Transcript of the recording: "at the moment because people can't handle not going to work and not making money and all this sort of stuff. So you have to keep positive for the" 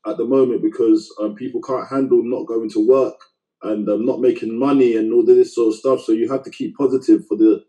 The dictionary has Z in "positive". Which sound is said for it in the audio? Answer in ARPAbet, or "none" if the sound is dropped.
Z